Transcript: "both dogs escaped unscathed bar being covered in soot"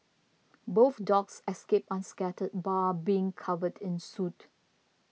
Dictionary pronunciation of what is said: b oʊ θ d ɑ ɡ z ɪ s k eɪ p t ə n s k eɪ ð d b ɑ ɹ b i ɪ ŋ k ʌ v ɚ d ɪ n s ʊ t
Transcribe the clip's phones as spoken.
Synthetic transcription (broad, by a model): b oʊ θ d ɑ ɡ s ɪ s k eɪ p ə n s k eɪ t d b ɑ b i ɪ ŋ k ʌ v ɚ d ɪ n s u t